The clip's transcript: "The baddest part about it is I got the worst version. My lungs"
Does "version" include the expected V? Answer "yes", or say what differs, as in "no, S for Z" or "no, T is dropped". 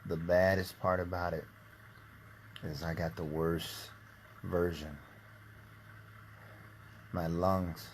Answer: yes